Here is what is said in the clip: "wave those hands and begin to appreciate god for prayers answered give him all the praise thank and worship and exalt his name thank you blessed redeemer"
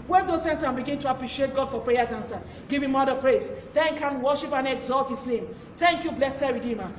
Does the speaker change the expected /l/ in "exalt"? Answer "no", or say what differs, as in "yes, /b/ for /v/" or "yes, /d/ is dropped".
no